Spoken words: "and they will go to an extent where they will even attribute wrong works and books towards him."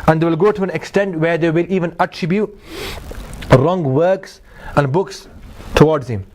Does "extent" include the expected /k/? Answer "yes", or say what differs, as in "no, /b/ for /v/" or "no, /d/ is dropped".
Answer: yes